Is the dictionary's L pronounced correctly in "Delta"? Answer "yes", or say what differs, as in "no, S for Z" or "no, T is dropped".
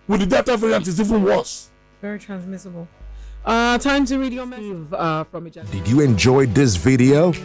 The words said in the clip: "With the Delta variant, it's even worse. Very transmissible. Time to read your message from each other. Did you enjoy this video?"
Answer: no, L is dropped